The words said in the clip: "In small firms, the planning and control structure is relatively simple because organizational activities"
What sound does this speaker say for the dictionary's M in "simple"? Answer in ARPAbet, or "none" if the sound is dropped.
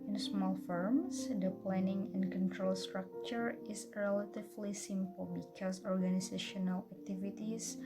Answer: M